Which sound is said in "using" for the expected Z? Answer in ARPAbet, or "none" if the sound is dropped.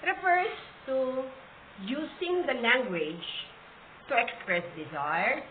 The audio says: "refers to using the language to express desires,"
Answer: S